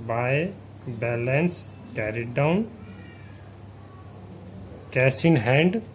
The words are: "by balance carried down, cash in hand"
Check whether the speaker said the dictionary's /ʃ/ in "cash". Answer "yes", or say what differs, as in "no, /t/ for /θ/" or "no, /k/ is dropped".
no, /s/ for /ʃ/